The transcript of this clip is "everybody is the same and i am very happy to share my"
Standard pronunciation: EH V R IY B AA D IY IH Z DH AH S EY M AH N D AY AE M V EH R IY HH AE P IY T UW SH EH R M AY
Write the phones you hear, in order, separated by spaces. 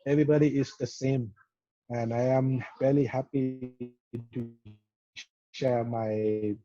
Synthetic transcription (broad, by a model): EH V R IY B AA D IY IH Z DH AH S EY M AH N AY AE M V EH L IY HH AE P IY T UW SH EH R M AY